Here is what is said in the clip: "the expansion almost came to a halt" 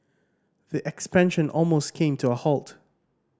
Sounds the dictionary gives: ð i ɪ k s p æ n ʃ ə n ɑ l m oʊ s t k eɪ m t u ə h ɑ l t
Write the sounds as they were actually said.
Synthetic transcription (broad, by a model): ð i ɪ k s p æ n ʃ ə n ɑ l m oʊ s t k eɪ m t u ə h ɑ l t